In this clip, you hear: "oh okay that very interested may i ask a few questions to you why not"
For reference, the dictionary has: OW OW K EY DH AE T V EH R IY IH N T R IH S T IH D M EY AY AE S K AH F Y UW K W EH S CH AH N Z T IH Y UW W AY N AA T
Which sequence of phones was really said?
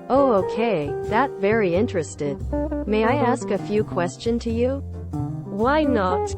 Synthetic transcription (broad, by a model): OW OW K EY DH AE T V EH R IY IH N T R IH S T IH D M EY AY AE S K AH F Y UW K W EH S CH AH N T IH Y UW W AY N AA T